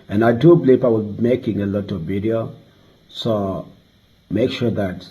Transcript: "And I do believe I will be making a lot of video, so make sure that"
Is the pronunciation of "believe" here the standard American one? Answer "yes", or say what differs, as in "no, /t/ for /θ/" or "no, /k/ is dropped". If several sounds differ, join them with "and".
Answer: no, /p/ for /v/